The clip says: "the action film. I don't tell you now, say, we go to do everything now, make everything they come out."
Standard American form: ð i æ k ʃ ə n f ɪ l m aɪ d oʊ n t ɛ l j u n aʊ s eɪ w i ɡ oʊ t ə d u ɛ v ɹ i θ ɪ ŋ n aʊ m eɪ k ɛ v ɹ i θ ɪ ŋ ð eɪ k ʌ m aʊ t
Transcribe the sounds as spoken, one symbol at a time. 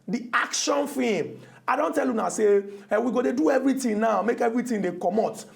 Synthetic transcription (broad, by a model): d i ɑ k ʃ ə n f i m aɪ d oʊ n t ɛ l j u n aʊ s eɪ w i ɡ oʊ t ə d u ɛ v ɹ i t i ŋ n aʊ m eɪ k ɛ v ɹ i t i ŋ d eɪ k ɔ m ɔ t